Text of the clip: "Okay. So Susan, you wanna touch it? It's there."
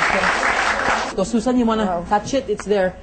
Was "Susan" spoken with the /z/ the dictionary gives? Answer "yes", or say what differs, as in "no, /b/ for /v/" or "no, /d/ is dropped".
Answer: no, /s/ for /z/